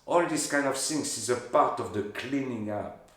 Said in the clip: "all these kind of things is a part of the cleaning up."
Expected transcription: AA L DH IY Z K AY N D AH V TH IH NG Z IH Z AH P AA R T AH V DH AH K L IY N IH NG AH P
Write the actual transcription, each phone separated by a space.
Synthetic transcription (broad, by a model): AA L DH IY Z K AY N D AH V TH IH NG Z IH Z AH P AA R T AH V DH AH K L IY N IH NG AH P